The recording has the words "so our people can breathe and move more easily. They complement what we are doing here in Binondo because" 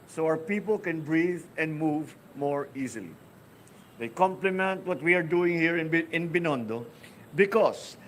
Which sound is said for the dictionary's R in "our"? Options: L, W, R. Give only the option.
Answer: W